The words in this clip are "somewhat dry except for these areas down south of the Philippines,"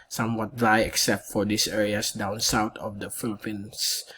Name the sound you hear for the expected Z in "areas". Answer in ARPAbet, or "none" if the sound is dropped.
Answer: S